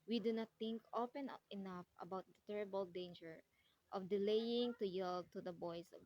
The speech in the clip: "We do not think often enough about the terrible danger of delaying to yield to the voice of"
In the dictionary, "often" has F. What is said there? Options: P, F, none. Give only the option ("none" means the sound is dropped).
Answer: P